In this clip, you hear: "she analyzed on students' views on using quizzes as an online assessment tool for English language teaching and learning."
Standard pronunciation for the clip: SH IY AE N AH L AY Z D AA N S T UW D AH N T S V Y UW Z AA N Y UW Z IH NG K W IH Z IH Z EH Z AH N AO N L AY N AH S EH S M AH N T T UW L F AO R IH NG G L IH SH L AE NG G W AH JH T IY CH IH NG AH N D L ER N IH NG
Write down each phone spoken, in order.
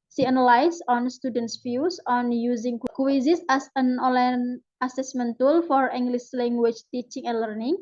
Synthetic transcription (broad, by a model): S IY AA N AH L AY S AA N S T UW D AH N T S F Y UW S AA N Y UW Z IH NG K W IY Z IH S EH S AH N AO L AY N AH S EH S M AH N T T UW L F AO R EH NG G L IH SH L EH NG G W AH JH T IY CH IH NG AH N L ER N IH NG